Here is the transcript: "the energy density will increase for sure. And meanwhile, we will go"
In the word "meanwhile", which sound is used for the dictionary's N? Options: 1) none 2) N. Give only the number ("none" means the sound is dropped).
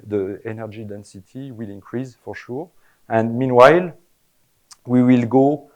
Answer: 2